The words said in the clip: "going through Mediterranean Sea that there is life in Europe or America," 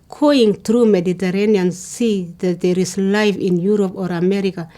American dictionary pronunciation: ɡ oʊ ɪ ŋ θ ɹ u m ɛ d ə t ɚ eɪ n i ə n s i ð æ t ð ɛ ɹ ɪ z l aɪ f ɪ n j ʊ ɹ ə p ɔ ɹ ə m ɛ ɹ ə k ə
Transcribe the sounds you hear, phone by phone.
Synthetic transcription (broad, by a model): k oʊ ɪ ŋ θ ɹ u m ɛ d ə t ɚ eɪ n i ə n s i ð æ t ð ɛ ɹ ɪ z l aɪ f ɪ n j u ɹ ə p ɔ ɹ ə m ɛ ɹ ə k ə